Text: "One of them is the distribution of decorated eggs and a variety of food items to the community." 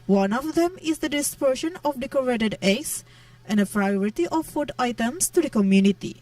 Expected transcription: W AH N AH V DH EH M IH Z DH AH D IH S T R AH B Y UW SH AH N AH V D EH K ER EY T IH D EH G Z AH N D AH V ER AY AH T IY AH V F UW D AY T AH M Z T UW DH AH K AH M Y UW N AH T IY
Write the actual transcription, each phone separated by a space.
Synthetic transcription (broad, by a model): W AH N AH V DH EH M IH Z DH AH D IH S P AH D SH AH N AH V D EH K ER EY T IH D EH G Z AH N D AH P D AY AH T IY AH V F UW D AY T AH M S T UW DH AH K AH M Y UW N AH T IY